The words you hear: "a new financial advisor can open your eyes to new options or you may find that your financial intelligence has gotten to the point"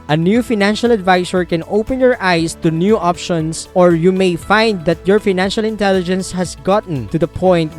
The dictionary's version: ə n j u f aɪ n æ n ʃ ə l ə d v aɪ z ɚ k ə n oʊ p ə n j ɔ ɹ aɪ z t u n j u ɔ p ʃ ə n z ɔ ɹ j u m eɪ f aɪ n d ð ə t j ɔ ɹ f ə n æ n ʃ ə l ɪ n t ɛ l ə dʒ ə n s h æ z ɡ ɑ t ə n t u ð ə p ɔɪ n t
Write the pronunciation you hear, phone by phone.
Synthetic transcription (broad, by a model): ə n j u f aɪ n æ n ʃ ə l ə d v aɪ s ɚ k ə n oʊ p ə n j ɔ ɹ aɪ s t u n j u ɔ p ʃ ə n s ɔ ɹ j u m eɪ f aɪ n d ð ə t j ɔ ɹ f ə n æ n ʃ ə l ɪ n t ɛ l ə dʒ ə n s h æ s ɡ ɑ t n t u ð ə p ɔɪ n t